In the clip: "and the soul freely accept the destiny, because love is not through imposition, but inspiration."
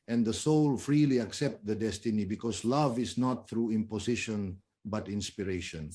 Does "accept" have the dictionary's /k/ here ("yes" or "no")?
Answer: yes